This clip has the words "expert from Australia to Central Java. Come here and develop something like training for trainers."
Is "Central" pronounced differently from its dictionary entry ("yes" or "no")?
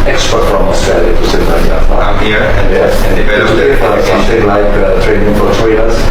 yes